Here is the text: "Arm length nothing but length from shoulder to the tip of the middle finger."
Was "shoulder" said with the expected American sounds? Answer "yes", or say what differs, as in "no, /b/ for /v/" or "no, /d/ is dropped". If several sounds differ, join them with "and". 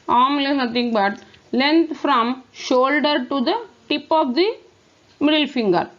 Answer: yes